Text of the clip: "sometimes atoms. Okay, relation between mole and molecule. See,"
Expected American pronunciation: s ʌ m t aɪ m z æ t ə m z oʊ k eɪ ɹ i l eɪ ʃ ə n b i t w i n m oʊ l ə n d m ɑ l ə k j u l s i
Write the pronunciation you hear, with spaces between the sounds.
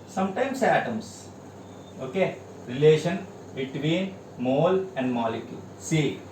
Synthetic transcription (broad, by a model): s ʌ m t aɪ m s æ t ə m s oʊ k eɪ ɹ i l eɪ ʃ ə n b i t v i n m oʊ l ə n d m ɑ l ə k j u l s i